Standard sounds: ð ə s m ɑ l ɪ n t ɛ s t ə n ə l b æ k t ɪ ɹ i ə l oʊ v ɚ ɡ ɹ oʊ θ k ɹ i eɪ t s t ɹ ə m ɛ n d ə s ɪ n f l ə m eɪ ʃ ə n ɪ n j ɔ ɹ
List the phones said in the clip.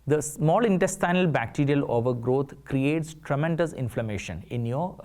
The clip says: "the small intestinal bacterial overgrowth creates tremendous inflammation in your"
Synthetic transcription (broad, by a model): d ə s m ɑ l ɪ n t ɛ s t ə n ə l b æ k t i ɹ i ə l oʊ v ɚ ɡ ɹ oʊ t k ɹ i eɪ t s t ɹ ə m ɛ n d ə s ɪ n f l ə m eɪ ʃ ə n ɪ n j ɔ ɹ